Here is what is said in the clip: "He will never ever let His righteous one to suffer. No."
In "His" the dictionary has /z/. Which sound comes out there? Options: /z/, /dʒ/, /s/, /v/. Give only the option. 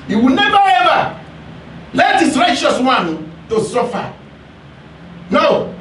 /s/